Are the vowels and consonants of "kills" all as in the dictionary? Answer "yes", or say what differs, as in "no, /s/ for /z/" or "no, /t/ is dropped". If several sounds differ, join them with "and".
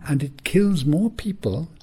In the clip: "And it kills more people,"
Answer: yes